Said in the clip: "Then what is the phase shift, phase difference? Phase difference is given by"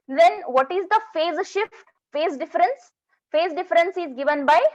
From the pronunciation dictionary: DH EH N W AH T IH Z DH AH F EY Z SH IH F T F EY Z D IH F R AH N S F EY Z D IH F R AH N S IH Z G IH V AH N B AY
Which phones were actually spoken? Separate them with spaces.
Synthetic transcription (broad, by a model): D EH N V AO T IH Z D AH F EY Z SH IH F T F EY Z D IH F R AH N S F EY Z D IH F R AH N S IH Z G IH V AH N B AY